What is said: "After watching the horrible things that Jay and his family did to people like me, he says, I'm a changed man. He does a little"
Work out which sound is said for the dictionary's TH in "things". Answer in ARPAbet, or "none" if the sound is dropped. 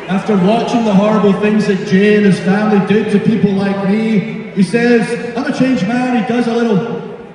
TH